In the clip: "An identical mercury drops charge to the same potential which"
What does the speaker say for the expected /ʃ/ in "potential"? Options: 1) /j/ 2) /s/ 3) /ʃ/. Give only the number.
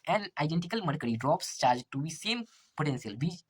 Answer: 2